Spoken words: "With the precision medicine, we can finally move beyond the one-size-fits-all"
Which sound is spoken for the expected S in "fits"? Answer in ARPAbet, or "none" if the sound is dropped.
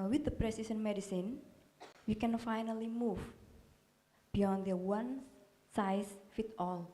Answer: none